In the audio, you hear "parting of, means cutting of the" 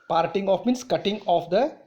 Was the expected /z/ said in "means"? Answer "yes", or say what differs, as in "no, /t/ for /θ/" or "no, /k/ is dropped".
no, /s/ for /z/